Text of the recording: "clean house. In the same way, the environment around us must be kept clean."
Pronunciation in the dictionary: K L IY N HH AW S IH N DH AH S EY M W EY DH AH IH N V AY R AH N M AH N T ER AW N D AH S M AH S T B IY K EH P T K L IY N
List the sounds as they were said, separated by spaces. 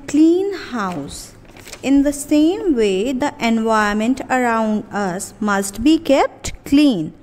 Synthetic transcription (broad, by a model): K L IY N HH AW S IH N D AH S EY M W EY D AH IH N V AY AH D M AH N T ER AW N D AH S M AH S T B IY K EH P T K L IY N